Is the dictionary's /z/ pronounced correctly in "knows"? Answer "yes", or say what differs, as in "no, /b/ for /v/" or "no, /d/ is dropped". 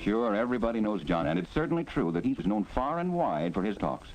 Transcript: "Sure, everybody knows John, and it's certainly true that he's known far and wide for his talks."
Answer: yes